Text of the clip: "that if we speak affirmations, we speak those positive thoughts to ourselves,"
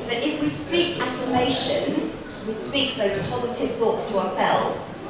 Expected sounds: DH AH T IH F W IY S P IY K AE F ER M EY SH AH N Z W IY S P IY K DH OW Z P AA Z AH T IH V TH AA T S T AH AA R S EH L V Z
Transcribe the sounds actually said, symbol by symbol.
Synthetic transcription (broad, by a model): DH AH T IH F W IY S P IY K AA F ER M EY SH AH N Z W IY S P IY K DH OW Z P AA Z AH T IH V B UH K S T AH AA S EH L V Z